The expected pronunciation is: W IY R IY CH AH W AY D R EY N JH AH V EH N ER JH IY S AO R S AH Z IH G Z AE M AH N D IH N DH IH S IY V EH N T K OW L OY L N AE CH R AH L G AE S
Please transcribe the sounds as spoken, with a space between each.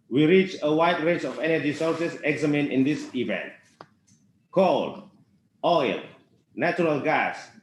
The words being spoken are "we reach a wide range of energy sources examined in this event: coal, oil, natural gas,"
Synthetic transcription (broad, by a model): W IY R IY CH AH W AY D R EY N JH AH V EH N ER JH IY S AO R S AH S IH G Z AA M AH N IH N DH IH S IY V EH N T K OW L OY L N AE CH R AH L G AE S